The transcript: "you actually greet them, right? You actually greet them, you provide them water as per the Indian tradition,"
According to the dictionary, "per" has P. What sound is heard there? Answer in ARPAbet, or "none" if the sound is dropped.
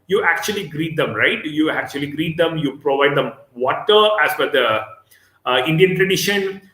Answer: F